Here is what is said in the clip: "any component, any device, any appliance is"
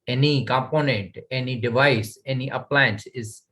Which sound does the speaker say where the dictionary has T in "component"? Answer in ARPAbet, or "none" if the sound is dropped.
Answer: T